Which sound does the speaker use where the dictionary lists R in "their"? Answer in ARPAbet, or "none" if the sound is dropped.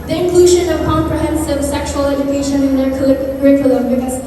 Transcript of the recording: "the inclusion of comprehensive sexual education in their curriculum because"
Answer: L